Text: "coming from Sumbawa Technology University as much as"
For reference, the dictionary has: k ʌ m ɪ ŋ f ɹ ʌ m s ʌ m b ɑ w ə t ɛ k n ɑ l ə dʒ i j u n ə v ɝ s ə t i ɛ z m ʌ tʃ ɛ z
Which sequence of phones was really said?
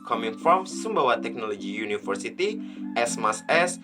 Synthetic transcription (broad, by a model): k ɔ m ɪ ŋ f ɹ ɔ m s ʌ m b ɑ w ə t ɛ k n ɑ l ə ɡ i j u n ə f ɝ s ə t i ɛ s m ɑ s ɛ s